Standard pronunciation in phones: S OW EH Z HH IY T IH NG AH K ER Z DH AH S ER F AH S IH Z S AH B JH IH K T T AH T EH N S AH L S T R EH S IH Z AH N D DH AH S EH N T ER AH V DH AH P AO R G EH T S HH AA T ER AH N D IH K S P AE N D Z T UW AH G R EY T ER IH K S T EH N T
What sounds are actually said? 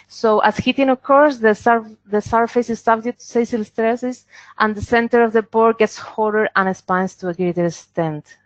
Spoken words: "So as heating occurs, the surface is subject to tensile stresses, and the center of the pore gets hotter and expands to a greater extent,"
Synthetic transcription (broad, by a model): S OW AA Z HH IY T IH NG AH K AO S DH AH S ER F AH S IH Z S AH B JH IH T S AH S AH L S T R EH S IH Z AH N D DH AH S EH N T ER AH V DH AH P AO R G EH T S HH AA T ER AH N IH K S P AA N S T UW AH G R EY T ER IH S S T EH N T